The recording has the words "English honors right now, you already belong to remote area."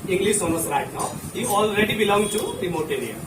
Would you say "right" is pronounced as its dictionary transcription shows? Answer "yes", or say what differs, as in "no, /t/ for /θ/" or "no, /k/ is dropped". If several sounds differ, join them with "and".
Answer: yes